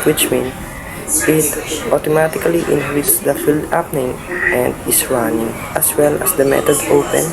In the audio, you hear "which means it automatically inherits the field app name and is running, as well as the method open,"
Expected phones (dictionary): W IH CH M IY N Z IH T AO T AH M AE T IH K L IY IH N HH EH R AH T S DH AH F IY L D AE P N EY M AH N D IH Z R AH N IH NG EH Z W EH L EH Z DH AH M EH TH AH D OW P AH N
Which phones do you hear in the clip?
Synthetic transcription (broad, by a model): W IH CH M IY N IH T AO T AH M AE T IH K L IY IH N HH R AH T S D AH F IY L D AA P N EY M AH N D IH S R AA N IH NG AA S W EH L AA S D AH M EH T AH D OW P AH N